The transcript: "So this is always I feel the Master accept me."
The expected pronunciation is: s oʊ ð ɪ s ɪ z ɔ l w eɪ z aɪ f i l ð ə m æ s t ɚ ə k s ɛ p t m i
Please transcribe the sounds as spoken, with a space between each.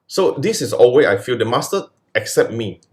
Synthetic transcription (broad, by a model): s oʊ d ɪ s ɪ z ɔ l w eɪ aɪ f i l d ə m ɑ s t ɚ ə k s ɛ p t m i